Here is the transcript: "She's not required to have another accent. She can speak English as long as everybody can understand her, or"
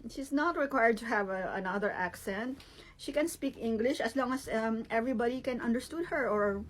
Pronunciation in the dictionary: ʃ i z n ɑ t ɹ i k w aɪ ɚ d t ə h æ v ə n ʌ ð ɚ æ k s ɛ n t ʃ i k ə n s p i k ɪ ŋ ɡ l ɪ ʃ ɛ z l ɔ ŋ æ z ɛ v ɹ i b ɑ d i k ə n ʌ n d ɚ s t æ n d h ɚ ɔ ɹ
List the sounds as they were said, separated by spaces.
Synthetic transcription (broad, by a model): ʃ i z n ɑ t ɹ i k w aɪ ɚ d t ə h æ v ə n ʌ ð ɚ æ k s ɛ n t ʃ i k ə n s p i k ɪ ŋ ɡ l ɪ ʃ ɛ s l ɔ ŋ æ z ɛ v ɹ i b ɑ d i k ə n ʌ n d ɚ s t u d h ɚ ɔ ɹ